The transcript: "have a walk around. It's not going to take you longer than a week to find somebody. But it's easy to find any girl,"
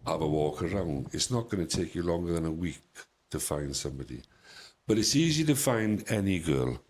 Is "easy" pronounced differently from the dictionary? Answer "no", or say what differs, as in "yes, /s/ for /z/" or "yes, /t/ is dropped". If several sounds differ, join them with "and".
no